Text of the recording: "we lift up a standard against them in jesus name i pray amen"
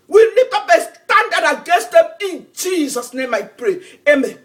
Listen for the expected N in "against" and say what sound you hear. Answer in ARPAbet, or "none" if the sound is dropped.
none